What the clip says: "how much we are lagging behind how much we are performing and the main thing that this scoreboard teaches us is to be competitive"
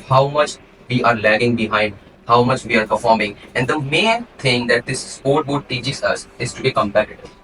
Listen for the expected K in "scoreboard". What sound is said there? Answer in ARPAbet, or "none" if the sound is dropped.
none